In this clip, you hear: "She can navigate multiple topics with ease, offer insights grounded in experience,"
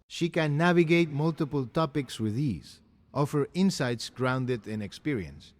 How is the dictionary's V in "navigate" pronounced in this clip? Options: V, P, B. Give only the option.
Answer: V